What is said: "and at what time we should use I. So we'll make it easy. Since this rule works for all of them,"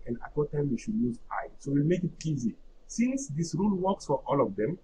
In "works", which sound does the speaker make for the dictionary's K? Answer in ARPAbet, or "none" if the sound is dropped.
K